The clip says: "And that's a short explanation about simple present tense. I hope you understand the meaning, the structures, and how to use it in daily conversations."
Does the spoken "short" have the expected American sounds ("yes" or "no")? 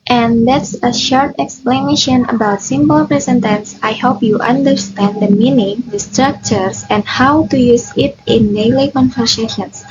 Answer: yes